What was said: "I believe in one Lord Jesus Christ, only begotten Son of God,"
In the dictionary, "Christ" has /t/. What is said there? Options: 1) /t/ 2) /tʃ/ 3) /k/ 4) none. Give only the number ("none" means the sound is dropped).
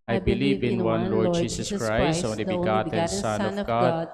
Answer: 4